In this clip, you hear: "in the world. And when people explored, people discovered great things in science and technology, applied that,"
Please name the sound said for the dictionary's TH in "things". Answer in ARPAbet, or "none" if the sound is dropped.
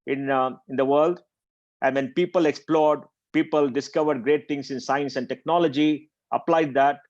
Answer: T